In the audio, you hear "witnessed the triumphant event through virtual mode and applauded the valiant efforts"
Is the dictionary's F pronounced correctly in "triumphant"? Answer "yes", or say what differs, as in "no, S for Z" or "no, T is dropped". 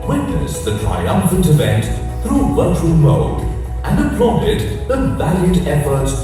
yes